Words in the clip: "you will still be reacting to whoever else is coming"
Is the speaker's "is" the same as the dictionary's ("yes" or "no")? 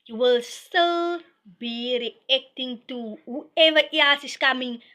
no